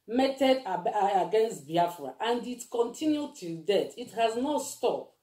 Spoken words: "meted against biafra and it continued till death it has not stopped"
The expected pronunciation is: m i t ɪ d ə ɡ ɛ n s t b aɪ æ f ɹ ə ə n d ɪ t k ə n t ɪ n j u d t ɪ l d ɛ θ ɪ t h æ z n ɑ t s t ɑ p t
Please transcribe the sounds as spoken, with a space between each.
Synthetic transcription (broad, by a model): m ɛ t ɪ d ə ɡ ɛ n s t b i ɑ f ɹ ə ə n d ɪ t k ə n t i n j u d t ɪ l d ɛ t ɪ t h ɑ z n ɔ s t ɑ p